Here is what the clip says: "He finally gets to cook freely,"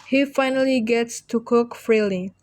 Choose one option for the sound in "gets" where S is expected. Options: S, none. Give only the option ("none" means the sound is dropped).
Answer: S